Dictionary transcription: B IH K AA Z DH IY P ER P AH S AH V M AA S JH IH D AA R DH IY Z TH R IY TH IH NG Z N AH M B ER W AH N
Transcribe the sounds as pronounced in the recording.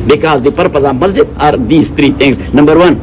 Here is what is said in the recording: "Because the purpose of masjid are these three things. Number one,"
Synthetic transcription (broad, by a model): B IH K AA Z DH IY P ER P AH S AH V M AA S JH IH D AA R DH IY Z T R IY T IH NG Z N AH M B ER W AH N